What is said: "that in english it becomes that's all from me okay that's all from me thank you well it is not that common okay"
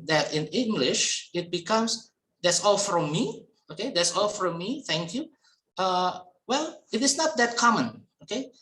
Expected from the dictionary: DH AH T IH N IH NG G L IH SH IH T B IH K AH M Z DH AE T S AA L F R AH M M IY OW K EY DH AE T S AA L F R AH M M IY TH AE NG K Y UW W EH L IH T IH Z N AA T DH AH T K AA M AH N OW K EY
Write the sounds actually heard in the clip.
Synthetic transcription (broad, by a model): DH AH T IH N IH NG G L IH SH IH T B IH K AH M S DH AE T S AA L F R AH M M IY OW K EY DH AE T S AA L F R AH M M IY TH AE NG K Y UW W EH L IH T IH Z N AA T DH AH T K AA M AH N OW K EY